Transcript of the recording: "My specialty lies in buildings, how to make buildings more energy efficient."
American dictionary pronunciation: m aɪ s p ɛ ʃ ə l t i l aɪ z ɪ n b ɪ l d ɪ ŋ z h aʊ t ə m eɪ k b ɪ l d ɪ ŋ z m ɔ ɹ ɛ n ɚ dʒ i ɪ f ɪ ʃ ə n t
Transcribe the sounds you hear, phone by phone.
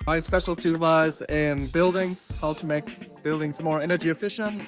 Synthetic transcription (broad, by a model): m aɪ s p ɛ ʃ l t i w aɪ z ɪ n b ɪ l d ɪ ŋ z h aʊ t ə m eɪ k b ɪ l d ɪ ŋ z m ɔ ɹ ɛ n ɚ dʒ i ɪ f ɪ ʃ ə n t